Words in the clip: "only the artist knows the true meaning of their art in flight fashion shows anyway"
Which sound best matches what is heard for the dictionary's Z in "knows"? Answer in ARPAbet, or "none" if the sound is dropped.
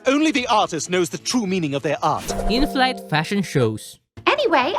Z